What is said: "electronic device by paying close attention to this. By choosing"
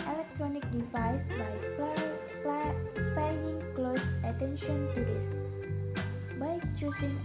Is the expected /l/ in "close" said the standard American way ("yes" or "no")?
yes